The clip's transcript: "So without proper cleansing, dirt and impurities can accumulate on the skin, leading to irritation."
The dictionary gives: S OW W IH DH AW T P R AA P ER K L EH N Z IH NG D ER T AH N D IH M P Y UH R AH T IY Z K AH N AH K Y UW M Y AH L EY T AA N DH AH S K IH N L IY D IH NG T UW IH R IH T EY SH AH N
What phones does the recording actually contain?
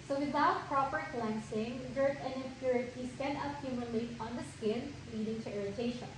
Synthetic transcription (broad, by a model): S OW W IH DH AW T P R AA P ER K L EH N S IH NG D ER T AH N D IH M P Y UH R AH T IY S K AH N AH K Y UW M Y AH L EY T AA N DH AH S K IH N L IY D IH NG T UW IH R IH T EY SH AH N